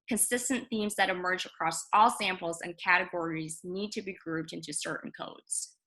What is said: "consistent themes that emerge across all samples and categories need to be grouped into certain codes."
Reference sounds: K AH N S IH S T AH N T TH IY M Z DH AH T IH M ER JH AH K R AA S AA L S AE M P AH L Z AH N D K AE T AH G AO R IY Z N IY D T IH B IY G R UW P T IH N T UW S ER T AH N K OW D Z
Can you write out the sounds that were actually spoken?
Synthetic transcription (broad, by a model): K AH N S IH S T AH N TH IY M Z DH AH T IH M ER JH AH K R AA S AA L S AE M P L Z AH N K AE T AH G AO R IY Z N IY D T IH B IY G R UW P T IH N T UW S ER T N K OW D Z